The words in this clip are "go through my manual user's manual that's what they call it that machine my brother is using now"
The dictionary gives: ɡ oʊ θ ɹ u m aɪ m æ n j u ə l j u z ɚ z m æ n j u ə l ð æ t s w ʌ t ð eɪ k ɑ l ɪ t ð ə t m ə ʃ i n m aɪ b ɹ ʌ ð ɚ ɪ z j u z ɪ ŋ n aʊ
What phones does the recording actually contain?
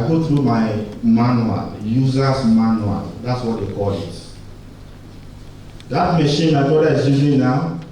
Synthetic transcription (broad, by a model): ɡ oʊ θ ɹ u m aɪ m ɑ n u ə l j u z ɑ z m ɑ n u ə l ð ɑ t s w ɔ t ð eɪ k ɑ l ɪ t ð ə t m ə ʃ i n m aɪ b ɔ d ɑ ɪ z j u z ɪ ŋ n aʊ